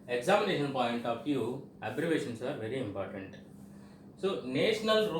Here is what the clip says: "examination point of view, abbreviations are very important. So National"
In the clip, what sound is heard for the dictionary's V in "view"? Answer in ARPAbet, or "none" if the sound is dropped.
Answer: F